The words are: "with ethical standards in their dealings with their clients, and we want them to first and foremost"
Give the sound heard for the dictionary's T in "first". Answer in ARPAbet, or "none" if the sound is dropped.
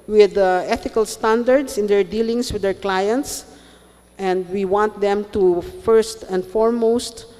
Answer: T